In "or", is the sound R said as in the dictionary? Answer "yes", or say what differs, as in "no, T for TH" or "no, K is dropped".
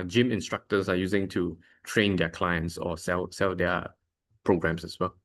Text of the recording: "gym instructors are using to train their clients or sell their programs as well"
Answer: no, L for R